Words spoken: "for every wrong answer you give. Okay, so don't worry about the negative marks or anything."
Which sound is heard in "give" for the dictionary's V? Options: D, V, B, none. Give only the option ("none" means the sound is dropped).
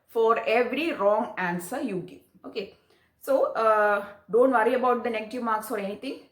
none